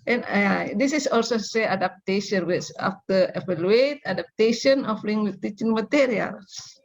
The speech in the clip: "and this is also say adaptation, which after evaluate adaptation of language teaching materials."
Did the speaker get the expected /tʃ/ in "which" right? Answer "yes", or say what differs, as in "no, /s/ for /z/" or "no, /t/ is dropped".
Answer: no, /s/ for /tʃ/